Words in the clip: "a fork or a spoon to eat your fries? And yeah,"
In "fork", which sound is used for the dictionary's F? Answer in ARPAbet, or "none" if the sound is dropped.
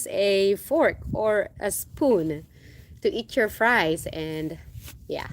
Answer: F